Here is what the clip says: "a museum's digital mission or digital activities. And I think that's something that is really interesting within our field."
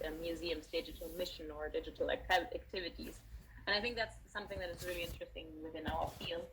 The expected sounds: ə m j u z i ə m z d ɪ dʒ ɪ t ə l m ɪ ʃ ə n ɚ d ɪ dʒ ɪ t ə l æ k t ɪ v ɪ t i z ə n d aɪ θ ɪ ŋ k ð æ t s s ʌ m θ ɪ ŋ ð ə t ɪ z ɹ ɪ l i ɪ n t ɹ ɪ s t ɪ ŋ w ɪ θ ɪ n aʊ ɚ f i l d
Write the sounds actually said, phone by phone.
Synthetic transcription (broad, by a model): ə m j u z i ə m z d ɪ dʒ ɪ t l m ɪ ʃ ə n ɚ d ɪ dʒ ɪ t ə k æ k t ɪ v ɪ t i z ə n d aɪ θ ɪ ŋ k ð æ t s s ʌ m θ ɪ ŋ ð ə t ɪ z ɹ ɪ l i ɪ n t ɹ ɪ s t ɪ ŋ w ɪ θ ɪ n aʊ ɚ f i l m